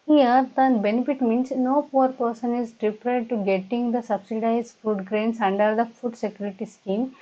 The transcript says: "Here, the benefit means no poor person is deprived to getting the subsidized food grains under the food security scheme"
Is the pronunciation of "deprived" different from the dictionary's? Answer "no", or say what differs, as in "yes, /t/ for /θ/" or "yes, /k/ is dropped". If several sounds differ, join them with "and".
yes, /v/ is dropped